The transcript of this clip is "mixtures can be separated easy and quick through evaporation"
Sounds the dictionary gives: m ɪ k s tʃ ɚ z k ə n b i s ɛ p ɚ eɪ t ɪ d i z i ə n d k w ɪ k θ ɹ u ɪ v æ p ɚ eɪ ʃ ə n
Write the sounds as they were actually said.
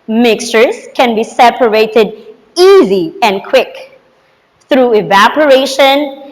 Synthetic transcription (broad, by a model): m ɪ k s tʃ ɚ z k ə n b i s ɛ p ɚ eɪ t ɪ d i z i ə n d k w ɪ k θ ɹ u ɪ v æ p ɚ eɪ ʃ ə n